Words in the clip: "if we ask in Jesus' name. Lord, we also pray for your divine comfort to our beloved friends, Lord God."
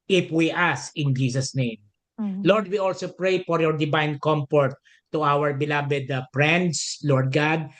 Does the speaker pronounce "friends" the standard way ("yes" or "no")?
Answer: no